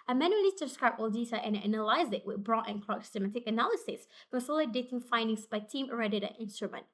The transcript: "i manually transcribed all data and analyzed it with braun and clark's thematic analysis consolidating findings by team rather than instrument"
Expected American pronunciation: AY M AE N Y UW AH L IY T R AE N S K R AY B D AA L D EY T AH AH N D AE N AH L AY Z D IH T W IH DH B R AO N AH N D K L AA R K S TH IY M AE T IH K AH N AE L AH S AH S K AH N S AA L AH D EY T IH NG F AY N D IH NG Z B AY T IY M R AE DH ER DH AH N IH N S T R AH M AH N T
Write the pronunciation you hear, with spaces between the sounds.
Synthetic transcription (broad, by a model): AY M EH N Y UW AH L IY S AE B S K R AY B AA L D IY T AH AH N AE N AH L AY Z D IH T W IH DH B R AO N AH N K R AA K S S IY M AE T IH K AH N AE L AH S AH S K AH S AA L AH D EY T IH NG F AY N D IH NG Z B AY T IY M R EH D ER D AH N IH N S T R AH M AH N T